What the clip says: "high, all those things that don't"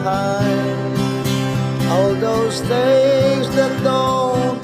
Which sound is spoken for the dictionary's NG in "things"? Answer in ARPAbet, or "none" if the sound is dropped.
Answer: none